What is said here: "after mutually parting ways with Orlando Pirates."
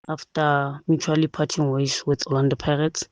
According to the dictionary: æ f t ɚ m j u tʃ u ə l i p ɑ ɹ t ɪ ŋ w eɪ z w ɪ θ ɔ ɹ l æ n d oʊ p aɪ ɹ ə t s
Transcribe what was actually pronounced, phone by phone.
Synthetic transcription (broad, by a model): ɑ f t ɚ m j u tʃ u ə l i p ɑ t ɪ ŋ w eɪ s w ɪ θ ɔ l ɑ n d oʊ p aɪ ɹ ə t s